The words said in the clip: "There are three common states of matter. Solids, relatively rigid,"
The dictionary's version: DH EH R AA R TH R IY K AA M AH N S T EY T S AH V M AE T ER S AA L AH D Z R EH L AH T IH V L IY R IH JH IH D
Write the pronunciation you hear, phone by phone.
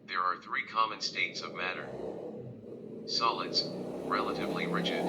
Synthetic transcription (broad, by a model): DH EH R AA R TH R IY K AA M AH N S T EY T S AH V M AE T ER S AA L AH D Z R EH L AH T IH V L IY R IH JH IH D